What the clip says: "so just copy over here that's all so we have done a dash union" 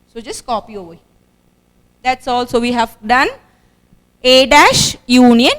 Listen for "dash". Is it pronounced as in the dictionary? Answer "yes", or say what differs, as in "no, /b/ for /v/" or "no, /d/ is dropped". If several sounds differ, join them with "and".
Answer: yes